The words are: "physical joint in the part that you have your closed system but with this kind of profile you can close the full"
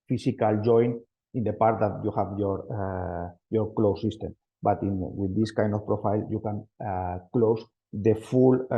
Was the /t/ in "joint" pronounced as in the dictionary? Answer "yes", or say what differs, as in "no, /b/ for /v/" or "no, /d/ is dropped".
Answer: no, /t/ is dropped